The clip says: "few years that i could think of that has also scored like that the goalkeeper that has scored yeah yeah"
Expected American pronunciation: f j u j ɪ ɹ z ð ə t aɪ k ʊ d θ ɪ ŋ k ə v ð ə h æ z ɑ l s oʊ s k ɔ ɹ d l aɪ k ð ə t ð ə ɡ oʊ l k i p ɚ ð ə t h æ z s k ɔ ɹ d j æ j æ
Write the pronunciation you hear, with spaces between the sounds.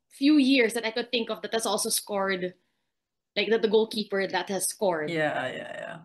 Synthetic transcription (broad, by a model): f j u j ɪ ɹ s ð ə t aɪ k ʊ d θ ɪ ŋ k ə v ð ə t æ s ɑ l s oʊ s k ɔ ɹ d l aɪ k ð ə t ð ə ɡ oʊ l k i p ɚ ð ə t h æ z s k ɔ ɹ d j æ j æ